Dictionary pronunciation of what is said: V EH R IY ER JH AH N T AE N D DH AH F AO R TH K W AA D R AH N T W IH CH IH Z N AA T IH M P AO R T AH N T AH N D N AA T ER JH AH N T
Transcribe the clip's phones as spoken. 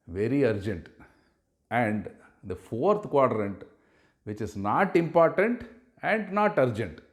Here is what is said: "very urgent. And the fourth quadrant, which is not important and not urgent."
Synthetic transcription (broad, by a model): V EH R IY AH JH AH N T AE N D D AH F AO R T K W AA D R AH N T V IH CH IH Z N AA T IH M P AO R T AH N T AH N D N AA T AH JH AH N T